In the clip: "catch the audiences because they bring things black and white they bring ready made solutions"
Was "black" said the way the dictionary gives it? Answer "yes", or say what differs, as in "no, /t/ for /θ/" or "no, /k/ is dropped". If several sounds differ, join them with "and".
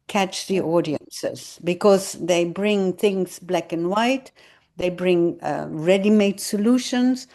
yes